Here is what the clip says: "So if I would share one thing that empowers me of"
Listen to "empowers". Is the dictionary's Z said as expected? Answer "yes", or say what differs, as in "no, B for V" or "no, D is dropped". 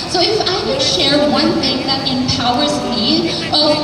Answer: yes